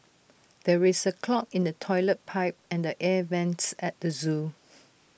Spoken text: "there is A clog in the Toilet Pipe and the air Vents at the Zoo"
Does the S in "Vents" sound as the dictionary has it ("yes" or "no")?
yes